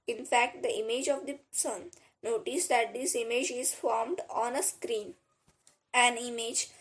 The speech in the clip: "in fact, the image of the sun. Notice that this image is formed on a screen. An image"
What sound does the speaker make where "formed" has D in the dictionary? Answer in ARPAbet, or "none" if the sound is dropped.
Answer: D